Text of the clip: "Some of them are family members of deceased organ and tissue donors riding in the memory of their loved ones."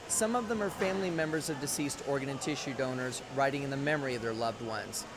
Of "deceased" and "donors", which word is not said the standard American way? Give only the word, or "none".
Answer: none